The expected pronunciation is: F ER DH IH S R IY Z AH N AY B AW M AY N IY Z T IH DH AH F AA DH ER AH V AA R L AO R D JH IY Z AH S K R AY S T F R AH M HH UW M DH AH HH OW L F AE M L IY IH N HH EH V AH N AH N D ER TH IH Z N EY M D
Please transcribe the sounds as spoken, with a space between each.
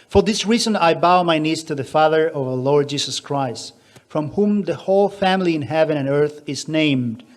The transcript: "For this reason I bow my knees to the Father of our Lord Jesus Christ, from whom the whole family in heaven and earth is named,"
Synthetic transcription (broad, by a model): F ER DH IH S R IY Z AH N AY B AW M AY N IY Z T IH DH AH F AA DH ER AH V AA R L AO R D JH IY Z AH S K R AY S T F R AH M HH UW M DH AH HH OW L F AE M L IY IH N HH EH V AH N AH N ER TH IH Z N EY M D